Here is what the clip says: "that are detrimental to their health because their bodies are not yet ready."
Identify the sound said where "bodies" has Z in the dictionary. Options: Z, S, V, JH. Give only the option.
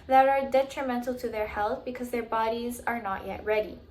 Z